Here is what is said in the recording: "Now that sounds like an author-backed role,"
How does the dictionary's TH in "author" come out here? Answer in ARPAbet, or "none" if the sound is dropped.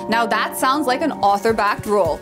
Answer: TH